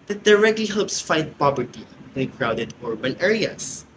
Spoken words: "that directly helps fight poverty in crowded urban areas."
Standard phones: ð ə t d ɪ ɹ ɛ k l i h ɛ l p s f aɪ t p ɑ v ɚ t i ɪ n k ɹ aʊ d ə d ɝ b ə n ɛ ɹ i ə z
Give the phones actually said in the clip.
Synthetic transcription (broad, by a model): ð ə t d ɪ ɹ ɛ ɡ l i h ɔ p s f aɪ t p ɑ b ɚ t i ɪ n k ɹ aʊ d ə d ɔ b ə n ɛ ɹ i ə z